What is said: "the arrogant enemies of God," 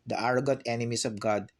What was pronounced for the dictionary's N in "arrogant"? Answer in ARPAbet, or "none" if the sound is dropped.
none